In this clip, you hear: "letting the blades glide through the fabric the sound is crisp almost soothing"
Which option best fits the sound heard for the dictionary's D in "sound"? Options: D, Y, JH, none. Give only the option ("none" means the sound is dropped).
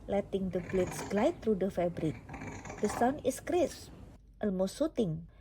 none